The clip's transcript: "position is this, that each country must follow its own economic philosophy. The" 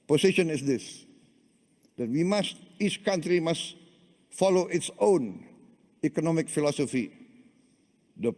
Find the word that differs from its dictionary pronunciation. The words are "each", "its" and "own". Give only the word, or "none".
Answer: none